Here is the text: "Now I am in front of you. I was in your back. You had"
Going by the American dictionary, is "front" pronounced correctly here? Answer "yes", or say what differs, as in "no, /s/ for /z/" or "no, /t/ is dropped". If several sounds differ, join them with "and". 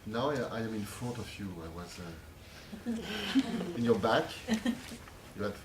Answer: no, /n/ is dropped